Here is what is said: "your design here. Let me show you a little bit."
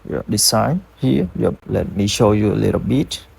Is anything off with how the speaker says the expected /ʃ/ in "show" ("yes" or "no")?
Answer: no